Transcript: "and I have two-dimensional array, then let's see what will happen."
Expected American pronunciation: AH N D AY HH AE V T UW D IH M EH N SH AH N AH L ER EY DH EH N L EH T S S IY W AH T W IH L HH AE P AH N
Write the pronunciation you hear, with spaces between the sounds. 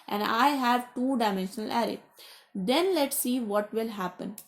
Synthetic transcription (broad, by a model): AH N D AY HH AE V T UW D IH M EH N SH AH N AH L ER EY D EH N L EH T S S IY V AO T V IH L HH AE P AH N